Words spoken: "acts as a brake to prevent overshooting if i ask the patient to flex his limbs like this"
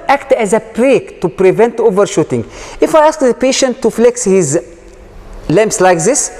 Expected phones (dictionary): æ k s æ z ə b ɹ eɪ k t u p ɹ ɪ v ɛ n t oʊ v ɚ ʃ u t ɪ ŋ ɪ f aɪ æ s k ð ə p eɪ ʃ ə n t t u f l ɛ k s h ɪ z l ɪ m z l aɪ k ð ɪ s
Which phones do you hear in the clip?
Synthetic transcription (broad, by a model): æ k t æ z ə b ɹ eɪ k t u p ɹ ɪ v ɛ n t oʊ v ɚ ʃ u t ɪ ŋ ɪ f aɪ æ s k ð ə p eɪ ʃ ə n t t u f l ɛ k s h ɪ z l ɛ m s l aɪ k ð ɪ s